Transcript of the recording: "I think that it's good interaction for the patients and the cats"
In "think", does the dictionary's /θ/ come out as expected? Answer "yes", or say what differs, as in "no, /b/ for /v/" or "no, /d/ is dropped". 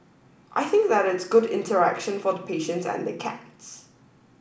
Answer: yes